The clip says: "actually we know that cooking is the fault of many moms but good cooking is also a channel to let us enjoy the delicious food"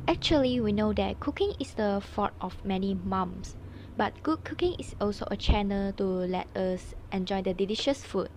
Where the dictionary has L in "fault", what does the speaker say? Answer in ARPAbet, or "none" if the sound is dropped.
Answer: none